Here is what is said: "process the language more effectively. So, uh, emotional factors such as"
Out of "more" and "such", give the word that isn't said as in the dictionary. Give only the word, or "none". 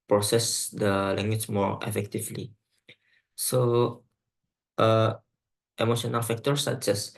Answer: such